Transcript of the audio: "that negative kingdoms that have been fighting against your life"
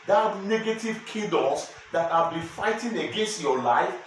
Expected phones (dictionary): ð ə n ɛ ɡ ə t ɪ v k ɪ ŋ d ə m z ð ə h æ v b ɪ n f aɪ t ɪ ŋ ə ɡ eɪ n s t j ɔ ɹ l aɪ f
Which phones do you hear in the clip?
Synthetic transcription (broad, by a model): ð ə n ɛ ɡ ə t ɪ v k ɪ d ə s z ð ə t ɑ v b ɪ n f aɪ t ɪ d ə ɡ eɪ n s t j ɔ l aɪ f